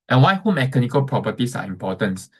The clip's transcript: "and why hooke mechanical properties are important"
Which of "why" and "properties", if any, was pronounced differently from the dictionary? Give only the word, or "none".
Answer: properties